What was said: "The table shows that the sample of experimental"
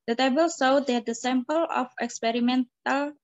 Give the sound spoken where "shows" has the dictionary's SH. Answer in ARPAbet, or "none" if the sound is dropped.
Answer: S